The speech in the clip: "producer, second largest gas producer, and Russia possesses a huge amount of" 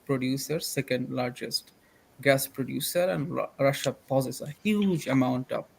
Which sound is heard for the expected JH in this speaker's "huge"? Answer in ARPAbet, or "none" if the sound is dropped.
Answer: JH